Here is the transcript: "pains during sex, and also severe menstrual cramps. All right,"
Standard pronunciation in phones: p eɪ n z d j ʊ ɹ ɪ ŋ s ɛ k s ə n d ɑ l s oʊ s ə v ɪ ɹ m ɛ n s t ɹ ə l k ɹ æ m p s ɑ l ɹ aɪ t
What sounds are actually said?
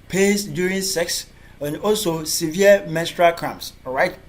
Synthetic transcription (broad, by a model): p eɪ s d j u ɹ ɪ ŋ s ɛ k s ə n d ɑ l s oʊ s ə v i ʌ m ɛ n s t ɹ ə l k ɹ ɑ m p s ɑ ɹ aɪ t